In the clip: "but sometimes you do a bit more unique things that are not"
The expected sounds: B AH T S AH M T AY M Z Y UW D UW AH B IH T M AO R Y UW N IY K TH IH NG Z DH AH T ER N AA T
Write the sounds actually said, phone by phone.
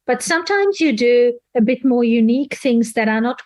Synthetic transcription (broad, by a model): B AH T S AH M T AY M Z Y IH D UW AH B IH T M AO R Y UW N IY K TH IH NG Z DH AH T ER N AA T